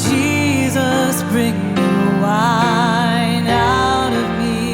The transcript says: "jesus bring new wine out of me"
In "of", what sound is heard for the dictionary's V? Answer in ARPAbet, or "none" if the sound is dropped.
V